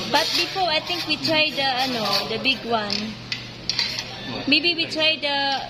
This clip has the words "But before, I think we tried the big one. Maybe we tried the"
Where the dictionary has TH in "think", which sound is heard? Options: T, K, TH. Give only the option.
T